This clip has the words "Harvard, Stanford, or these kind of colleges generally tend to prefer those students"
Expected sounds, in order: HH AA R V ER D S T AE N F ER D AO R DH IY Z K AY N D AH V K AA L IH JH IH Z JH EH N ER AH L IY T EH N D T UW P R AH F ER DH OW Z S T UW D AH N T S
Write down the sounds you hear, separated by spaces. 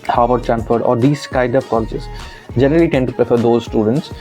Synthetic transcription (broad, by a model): HH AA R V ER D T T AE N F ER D AO R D IY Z K AY D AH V K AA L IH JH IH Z JH EH N ER AH L IY T EH N D T UW P R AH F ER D OW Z S T UW D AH N T S